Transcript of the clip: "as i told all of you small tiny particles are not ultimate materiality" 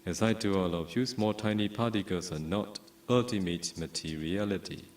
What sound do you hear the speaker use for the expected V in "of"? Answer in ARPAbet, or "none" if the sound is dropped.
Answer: F